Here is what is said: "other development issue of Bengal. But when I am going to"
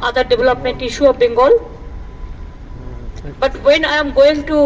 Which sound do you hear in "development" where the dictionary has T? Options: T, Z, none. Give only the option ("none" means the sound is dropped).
T